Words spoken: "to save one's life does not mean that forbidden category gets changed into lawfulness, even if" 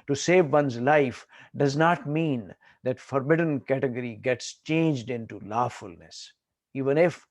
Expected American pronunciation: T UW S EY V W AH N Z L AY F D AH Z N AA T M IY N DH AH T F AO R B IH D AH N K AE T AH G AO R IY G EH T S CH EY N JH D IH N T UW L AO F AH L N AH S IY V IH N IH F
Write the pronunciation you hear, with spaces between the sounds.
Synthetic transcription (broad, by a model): T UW S EY V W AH N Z L AY F D AH Z N AA T M IY N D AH T F AO R B IH D AH N K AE T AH G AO R IY G EH T S CH EY N JH D IH N T UW L AO F AH L N AH S IY V IH N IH F